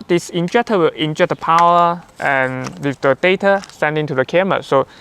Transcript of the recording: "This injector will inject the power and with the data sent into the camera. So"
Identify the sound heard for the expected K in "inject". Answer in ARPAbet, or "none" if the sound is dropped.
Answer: none